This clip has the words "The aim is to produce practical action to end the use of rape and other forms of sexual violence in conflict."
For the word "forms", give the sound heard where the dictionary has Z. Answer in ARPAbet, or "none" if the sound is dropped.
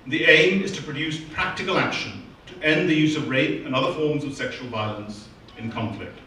Z